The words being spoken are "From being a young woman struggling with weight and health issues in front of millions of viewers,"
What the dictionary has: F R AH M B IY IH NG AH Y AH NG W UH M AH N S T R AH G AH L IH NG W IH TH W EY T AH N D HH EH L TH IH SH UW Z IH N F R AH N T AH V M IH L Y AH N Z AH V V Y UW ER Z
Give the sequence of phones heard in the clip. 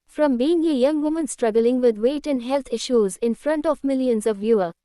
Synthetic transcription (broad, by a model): F R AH M B IY IH NG AH Y AH NG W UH M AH N S T R AH G AH L IH NG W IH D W EY T AH N D HH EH L T IH SH UW Z IH N F R AH N T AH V M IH L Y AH N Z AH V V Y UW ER